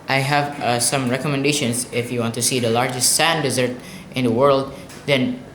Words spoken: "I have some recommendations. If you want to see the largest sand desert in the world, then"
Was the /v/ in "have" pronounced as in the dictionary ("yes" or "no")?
yes